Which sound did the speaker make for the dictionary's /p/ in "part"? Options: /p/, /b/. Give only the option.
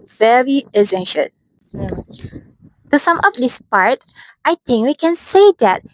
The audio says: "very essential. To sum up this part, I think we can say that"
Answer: /p/